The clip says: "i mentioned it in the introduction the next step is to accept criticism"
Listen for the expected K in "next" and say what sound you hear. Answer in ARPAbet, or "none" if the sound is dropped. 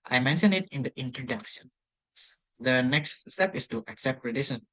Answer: K